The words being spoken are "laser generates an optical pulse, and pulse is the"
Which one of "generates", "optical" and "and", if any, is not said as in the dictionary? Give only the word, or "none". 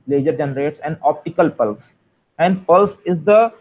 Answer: none